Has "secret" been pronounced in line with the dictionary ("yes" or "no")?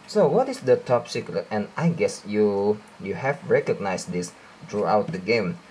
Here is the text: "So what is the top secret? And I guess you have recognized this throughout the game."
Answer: no